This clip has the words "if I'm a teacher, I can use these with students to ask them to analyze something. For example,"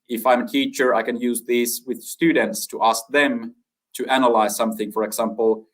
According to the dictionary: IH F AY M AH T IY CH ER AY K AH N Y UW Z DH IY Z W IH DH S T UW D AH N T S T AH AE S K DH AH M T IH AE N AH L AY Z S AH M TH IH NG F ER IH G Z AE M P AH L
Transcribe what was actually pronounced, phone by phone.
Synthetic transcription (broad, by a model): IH F AY M AH T IY CH ER AY K AH N Y UW Z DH IY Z W IH DH S T UW D N T S T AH AE S K DH AH M T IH AE N AH L AY Z S AH M TH IH NG F ER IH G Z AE M P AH L